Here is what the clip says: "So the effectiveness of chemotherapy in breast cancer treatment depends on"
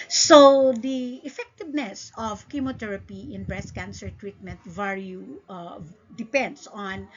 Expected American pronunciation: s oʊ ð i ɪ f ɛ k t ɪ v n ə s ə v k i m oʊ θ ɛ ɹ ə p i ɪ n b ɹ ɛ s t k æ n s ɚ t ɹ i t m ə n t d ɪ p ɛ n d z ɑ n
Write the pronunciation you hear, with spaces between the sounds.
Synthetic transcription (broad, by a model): s oʊ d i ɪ f ɛ k t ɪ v n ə s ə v k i m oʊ t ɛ ɹ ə p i ɪ n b ɹ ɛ s k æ n s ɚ t ɹ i t m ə n t d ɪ p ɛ n d s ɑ n